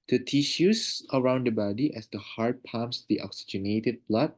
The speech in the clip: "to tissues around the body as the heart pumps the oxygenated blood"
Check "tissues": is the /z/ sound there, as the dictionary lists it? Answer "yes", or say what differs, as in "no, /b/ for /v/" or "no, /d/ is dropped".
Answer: no, /s/ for /z/